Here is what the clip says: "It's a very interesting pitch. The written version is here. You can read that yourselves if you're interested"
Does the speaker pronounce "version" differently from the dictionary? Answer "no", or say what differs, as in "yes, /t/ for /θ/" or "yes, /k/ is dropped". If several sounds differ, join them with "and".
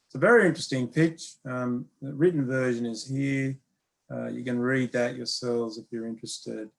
no